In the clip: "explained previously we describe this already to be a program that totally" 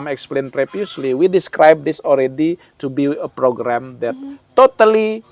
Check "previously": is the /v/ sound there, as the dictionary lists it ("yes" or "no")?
no